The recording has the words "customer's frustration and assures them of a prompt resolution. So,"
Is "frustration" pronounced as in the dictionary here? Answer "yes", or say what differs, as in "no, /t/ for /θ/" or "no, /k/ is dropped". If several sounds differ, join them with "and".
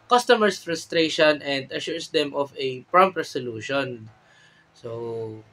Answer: yes